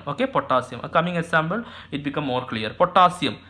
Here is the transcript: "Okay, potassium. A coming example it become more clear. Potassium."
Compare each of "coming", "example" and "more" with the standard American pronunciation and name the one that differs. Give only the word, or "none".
example